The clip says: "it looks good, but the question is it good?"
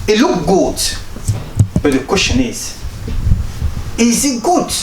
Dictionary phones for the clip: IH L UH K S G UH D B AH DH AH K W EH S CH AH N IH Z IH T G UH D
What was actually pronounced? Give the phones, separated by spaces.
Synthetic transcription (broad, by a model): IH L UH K G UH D B AH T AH K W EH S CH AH N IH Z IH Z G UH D